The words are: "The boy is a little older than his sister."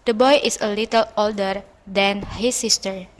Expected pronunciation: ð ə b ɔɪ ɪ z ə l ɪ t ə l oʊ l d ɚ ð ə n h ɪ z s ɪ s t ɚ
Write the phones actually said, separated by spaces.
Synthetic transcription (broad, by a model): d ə b ɔɪ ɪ s ə l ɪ t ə l oʊ l d ɚ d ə n h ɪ s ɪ s t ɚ